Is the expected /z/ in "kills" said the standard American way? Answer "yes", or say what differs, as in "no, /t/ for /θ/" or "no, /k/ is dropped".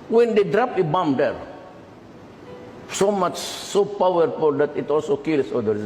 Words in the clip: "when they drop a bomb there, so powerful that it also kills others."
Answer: no, /s/ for /z/